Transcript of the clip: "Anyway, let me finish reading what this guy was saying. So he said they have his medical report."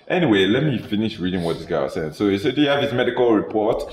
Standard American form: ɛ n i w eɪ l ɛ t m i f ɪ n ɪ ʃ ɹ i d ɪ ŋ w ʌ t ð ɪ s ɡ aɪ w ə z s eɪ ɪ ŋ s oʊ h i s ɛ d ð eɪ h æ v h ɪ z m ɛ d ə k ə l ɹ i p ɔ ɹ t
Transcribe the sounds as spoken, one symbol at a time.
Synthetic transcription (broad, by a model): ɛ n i w eɪ l ɛ t m i f ɪ n ɪ ʃ ɹ i d ɪ ŋ w ʌ t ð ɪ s ɡ aɪ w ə s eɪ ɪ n s oʊ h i s ɛ d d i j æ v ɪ s m ɛ d ə k ə l ɹ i p ɔ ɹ t